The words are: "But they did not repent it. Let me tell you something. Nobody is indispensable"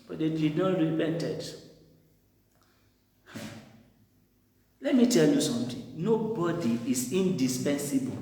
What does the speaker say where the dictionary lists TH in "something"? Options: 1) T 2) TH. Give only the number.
1